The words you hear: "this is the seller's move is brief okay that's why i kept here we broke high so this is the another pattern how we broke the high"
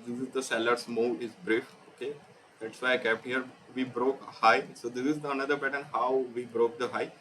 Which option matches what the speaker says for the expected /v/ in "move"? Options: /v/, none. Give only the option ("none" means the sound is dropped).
none